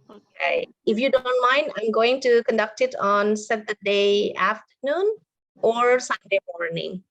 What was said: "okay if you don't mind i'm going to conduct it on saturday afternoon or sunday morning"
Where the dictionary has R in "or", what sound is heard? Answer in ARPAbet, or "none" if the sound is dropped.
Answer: R